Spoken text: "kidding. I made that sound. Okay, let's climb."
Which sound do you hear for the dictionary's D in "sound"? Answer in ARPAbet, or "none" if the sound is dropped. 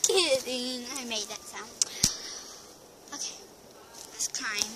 none